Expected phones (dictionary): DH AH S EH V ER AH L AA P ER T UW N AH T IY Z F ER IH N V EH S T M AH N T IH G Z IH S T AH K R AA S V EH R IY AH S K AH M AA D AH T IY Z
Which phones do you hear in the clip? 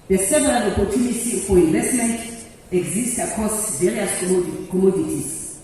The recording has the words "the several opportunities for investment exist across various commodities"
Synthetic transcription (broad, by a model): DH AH S EH V ER AH L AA P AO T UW N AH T IY F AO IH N V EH S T M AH N T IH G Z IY S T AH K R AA S V EH R IY AH S K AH M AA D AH T IY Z